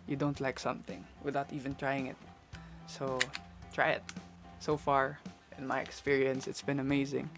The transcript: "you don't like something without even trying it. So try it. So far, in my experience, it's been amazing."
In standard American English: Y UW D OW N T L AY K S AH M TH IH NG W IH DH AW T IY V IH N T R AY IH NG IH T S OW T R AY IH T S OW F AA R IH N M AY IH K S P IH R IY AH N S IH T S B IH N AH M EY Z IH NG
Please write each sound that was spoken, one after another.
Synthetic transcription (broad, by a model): Y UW D OW N T L AY K S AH M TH IH NG W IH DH AW T IY V IH N T R AY IH NG IH T S OW T R AY IH T S OW F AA R IH N M AY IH K S P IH R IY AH N S IH T S B IH N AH M EY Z IH NG